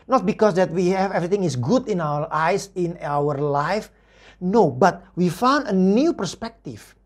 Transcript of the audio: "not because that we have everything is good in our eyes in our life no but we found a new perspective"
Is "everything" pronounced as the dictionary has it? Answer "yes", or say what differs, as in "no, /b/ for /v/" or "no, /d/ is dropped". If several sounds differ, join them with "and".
no, /t/ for /θ/